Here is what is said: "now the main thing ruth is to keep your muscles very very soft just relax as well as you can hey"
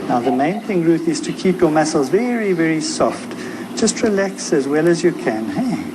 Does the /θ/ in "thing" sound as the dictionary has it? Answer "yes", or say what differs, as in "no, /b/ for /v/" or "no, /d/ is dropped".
yes